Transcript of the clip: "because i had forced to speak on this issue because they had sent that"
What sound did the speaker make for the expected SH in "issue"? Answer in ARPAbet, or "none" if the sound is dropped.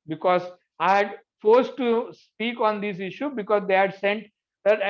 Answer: SH